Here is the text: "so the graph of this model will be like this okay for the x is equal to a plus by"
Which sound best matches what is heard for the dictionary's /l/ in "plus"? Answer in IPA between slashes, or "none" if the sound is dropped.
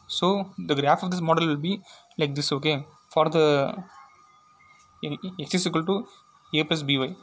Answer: none